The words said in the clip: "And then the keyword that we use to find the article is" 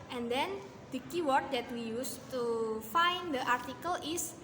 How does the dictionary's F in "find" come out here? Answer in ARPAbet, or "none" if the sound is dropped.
F